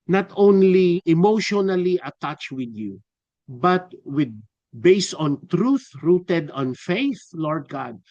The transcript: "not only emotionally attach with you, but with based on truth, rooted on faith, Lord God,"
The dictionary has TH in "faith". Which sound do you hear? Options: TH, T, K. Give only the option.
TH